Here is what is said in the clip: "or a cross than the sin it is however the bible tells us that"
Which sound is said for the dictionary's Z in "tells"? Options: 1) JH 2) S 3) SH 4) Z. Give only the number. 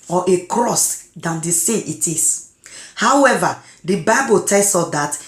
2